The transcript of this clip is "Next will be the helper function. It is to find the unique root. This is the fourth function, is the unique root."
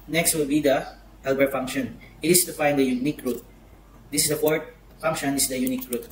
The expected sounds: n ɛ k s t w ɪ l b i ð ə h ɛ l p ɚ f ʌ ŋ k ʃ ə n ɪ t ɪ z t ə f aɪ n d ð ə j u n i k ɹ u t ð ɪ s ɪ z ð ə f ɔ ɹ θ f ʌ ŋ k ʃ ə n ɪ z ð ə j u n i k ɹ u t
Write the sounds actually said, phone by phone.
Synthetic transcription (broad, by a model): n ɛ k s t w ɪ l b i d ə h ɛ l b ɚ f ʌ ŋ k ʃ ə n t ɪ s t ə f aɪ n d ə j u n i k ɹ u t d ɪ s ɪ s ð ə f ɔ ɹ t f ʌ ŋ k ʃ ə n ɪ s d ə j u n i k ɹ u t